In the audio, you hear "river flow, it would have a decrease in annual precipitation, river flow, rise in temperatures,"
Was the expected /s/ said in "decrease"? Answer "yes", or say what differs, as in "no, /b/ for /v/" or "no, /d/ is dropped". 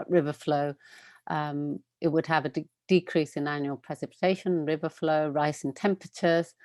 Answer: yes